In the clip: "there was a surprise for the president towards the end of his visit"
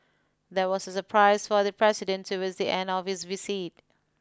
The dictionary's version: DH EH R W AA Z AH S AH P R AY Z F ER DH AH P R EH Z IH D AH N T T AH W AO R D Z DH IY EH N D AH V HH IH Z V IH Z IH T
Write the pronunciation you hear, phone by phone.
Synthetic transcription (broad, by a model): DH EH W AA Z AH S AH P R AY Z F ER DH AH P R EH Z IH D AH N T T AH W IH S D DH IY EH N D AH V HH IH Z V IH S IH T